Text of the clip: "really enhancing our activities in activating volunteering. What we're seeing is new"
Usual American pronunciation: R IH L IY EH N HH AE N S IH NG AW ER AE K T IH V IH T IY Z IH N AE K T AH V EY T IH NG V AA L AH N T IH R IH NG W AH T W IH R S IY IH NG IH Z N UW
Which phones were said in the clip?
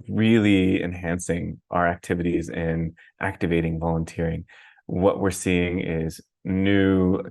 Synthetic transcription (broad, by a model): R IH L IY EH N HH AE N S IH NG AW ER AE K T IH V IH T IY Z IH N AE K T AH V EY T IH NG V AA L AH N T IH R IH NG W AH T W IH R S IY IH NG IH Z N UW